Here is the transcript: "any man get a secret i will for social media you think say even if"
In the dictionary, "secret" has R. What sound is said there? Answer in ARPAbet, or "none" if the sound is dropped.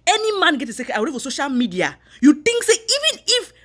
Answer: none